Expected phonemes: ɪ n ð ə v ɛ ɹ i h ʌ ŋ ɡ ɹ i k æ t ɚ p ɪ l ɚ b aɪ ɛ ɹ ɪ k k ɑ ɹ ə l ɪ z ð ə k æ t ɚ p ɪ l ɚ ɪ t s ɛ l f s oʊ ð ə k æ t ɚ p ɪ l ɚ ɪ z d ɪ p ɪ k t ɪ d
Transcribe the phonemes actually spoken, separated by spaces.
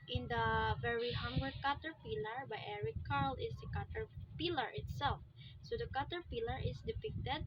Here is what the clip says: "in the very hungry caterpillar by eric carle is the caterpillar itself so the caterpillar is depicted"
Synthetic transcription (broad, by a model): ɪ n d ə v ɛ ɹ i h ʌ ŋ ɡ i k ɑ t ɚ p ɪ l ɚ b aɪ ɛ ɹ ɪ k k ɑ ɹ l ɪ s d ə k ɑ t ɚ p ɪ l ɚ ɪ t s ɛ l f s oʊ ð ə k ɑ t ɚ p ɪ l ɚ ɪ s d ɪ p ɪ k t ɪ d